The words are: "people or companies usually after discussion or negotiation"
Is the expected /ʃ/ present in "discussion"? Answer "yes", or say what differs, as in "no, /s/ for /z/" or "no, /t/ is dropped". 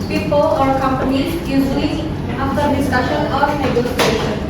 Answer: yes